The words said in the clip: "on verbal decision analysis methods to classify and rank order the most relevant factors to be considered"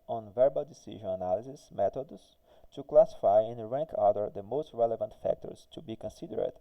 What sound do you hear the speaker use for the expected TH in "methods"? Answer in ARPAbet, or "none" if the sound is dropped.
T